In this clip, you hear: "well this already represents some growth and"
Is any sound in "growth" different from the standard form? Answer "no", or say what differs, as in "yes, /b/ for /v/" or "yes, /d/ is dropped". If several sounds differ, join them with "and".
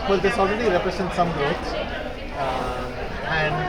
yes, /ɹ/ is dropped and /s/ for /θ/